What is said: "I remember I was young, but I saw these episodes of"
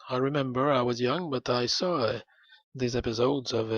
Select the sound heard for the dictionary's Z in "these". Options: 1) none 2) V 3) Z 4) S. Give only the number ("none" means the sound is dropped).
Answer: 3